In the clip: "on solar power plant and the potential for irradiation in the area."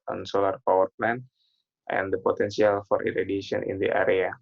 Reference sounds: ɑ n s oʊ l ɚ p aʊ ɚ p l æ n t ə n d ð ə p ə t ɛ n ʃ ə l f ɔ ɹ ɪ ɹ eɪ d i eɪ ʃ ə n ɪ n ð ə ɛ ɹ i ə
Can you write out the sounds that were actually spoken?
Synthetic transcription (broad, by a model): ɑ n s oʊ l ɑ p aʊ ɚ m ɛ n t ə n d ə p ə t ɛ n s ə l f ɔ ɹ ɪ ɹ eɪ d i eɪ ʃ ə n ɪ n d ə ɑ ɹ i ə